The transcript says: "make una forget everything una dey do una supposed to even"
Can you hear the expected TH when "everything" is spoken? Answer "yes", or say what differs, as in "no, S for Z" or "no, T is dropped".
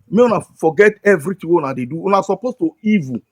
no, T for TH